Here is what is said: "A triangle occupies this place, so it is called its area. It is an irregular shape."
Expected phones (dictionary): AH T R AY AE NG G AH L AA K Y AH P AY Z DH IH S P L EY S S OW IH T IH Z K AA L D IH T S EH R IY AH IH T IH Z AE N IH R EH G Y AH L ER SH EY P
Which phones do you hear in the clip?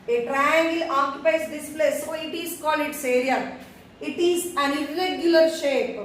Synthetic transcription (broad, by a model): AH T R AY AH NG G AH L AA K Y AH P AY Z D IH S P L EY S S OW IH T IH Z K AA L IH T S EH R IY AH IH T IH Z AE N IH R EH G Y AH L ER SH EY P